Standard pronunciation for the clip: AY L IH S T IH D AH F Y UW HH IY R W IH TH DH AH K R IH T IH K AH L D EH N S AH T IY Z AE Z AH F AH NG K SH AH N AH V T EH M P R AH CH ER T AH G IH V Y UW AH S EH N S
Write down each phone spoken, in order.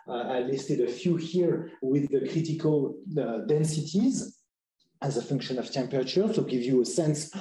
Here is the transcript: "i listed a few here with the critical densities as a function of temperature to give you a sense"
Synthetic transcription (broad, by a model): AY L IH S T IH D AH F Y UW HH IY R W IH DH AH K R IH T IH K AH L D EH N S AH T IY Z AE Z AH F AH NG K SH AH N AH V T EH M P R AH CH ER S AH G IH V Y UW AH S EH N S